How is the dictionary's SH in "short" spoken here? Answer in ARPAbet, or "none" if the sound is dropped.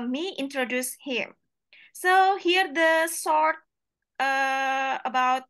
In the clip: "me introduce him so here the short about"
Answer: S